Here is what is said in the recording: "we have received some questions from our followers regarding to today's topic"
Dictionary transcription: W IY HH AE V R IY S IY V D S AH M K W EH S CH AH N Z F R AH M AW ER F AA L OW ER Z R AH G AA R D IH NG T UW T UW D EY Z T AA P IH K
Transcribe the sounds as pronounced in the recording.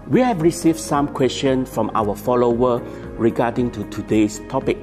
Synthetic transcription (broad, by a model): W IY HH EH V R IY S IY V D S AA M K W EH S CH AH N F R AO M AW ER F AA L OW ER R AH G AA D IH NG T UW T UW D EY S T AA P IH K